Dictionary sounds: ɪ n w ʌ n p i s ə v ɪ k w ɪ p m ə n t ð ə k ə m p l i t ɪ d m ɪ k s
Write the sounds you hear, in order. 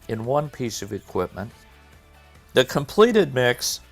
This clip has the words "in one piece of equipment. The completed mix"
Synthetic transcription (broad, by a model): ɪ n w ʌ n p i s ə v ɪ k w ɪ p m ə n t ð ə k ə m p l i t ɪ d m ɪ k s